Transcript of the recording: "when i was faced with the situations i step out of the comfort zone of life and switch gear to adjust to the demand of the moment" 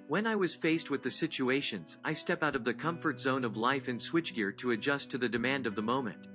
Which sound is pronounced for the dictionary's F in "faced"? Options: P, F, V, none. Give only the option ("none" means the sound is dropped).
F